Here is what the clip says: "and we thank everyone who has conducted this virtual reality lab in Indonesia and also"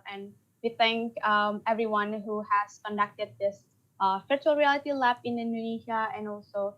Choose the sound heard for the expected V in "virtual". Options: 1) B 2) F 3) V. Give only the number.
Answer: 2